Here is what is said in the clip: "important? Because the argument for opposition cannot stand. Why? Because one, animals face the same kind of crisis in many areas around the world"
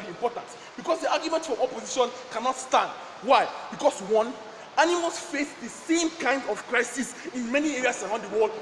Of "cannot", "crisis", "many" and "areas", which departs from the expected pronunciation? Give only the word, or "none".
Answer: areas